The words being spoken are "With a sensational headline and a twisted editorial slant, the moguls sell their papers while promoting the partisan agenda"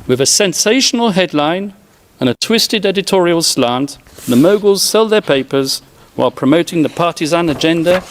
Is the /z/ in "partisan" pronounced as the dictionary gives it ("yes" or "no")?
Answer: yes